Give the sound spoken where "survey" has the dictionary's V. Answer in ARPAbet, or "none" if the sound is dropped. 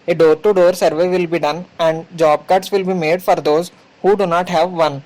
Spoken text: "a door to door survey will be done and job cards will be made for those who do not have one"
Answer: V